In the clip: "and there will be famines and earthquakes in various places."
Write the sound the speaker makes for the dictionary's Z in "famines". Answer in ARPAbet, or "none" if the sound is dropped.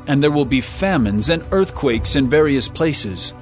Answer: Z